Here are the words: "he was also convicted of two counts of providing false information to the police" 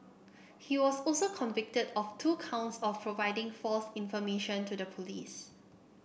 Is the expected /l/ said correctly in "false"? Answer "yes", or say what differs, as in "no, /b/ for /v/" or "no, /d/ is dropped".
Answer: yes